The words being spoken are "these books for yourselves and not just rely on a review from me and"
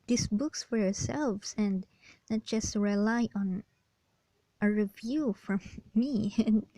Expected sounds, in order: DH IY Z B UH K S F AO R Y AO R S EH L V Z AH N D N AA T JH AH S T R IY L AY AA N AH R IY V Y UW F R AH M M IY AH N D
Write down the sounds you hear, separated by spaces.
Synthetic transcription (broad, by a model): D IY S B UH K S F AO R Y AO R S EH L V S AH N D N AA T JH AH S T R IY L AY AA N AH R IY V Y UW F R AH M M IY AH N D